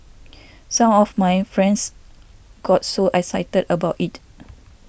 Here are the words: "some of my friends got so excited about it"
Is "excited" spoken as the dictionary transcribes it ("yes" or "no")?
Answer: no